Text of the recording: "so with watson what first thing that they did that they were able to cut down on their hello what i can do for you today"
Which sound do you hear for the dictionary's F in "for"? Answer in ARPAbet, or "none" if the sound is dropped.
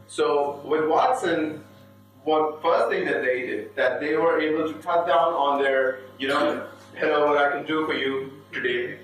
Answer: F